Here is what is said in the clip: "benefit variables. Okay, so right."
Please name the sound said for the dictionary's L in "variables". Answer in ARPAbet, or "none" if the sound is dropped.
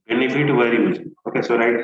none